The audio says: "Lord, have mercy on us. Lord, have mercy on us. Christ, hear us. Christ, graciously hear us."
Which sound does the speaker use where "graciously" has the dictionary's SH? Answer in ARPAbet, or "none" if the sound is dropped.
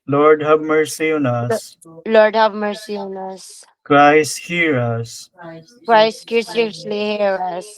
S